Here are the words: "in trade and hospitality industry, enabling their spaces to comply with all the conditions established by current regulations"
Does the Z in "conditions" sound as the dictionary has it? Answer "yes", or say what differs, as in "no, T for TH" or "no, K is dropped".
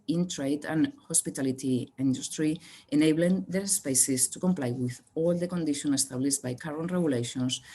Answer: no, Z is dropped